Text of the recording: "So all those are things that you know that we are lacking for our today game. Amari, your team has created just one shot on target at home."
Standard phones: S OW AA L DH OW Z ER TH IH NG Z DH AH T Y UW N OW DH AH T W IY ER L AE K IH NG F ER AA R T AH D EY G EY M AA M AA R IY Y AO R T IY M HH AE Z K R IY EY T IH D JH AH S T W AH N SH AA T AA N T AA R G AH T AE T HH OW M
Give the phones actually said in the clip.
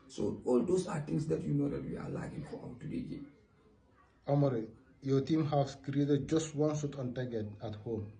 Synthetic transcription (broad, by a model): S OW AA L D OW S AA T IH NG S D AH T Y UW N OW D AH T W IY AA L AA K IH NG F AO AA W T AH D EY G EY AA M AA R IY Y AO T IY M HH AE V K R IY EY T IH D JH AH S T W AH N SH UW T AA N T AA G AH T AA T HH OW M